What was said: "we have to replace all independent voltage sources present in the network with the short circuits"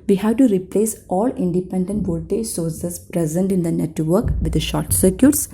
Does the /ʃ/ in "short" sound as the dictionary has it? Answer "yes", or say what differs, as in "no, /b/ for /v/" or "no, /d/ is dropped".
yes